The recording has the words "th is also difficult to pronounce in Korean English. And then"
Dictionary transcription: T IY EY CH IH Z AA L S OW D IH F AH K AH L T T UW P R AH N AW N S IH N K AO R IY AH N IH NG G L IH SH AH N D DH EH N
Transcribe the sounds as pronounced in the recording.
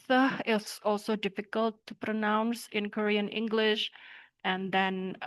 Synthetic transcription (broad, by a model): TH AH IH S AA L S OW D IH F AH K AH L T T UW P R AH N AW N S IH N K AO R IY AH N IH NG G L IH SH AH N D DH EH N